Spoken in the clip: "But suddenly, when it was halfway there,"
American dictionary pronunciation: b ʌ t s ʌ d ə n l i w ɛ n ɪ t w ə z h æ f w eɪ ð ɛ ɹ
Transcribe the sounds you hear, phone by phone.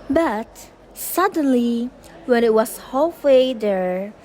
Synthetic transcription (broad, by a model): b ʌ t s ʌ d ə n l i w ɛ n ɪ t w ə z h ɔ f w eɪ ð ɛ ɹ